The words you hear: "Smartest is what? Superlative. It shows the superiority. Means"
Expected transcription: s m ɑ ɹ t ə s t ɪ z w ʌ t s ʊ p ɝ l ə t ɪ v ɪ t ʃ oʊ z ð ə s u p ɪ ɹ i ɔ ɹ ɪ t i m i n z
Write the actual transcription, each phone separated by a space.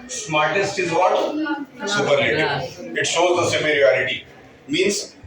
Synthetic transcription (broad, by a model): s m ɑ ɹ t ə s t ɪ z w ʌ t s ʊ p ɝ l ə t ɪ ɪ t ʃ oʊ z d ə s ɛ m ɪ ɹ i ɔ ɹ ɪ t i m i n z